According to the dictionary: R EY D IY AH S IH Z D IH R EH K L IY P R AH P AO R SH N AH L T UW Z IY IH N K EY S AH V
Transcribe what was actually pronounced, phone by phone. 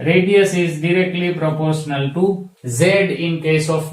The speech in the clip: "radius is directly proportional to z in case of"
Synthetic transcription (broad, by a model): R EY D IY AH S IH Z D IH R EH K L IY P R AH P AO R SH N AH L T UW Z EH IH N K EY S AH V